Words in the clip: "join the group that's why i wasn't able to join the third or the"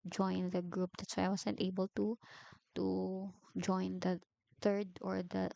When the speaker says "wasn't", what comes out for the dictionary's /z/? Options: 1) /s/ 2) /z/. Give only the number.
1